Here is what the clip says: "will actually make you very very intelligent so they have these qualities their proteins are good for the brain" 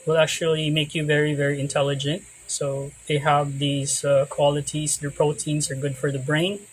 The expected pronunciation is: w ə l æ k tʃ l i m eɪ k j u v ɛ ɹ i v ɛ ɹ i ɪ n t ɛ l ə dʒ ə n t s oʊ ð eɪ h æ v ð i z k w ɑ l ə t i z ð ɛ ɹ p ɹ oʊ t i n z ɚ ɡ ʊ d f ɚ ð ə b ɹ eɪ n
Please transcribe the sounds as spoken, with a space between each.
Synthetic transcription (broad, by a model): w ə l æ k tʃ l i m eɪ k j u v ɛ ɹ i v ɛ ɹ i ɪ n t ɛ l ə dʒ ə n t s oʊ ð eɪ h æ v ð i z k w ɑ l ə t i z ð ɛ ɹ p ɹ oʊ t i n z ɚ ɡ ʊ d f ɚ ð ə b ɹ eɪ n